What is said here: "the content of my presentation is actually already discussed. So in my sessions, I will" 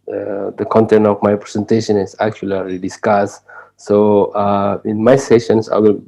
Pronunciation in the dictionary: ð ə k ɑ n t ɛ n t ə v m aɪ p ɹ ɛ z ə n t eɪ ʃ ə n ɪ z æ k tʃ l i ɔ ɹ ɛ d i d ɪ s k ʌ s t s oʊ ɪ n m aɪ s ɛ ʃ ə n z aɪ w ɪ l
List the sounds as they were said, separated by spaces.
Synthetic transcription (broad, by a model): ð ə k ɑ n t ɛ n t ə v m aɪ p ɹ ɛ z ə n t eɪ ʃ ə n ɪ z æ k tʃ i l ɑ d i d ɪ s k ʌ s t s oʊ ɪ n m aɪ s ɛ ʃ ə n s aɪ w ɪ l